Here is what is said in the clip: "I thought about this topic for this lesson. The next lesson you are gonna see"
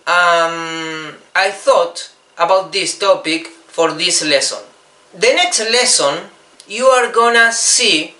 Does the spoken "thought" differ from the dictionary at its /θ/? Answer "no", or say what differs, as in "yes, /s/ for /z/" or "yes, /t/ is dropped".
no